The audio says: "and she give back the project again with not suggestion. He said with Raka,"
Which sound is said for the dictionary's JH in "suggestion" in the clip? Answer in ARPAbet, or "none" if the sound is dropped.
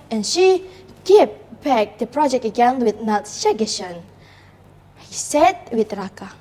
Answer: none